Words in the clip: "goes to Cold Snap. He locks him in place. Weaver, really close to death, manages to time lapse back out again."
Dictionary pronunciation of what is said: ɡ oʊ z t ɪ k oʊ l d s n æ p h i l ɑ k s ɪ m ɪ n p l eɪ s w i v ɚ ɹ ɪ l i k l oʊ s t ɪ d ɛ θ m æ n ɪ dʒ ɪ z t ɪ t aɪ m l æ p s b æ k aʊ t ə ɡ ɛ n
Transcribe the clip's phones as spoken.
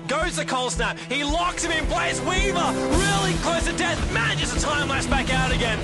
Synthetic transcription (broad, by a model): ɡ oʊ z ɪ k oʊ l s n æ p h i l ɑ k s ɪ m ɪ n p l eɪ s w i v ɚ ɹ ɪ l i k l oʊ s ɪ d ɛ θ m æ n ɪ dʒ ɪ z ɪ t aɪ m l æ s b æ k aʊ t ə ɡ ɛ n